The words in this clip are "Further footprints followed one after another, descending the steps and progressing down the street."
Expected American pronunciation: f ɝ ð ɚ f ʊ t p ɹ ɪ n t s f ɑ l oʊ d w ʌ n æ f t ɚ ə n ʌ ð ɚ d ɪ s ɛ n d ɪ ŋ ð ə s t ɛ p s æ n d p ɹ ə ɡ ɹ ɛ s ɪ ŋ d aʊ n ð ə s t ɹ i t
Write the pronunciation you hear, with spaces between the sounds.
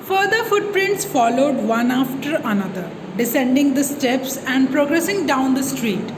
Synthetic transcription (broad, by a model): f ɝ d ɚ f ʊ t p ɹ ɪ n t s f ɑ l oʊ d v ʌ n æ f t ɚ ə n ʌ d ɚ d ɪ s ɛ n d ɪ ŋ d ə s t ɛ p s æ n d p ɹ ə ɡ ɹ ɛ s ɪ ŋ d aʊ n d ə s t ɹ i t